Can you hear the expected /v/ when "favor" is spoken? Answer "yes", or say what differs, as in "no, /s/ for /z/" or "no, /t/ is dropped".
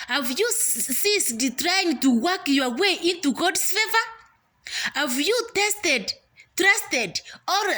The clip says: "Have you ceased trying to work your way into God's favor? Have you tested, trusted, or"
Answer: yes